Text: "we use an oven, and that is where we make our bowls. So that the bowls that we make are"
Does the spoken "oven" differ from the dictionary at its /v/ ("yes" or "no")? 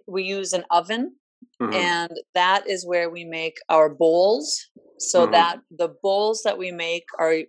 no